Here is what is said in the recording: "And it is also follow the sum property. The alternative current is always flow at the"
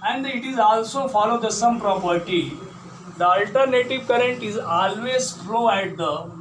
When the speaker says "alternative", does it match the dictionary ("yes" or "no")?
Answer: yes